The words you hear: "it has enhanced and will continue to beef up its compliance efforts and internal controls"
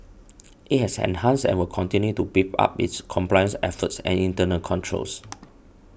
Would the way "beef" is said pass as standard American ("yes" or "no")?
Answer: no